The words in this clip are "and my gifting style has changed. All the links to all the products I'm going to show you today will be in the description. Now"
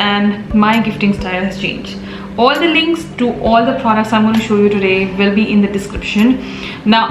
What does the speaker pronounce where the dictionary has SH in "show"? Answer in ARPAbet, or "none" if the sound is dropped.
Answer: SH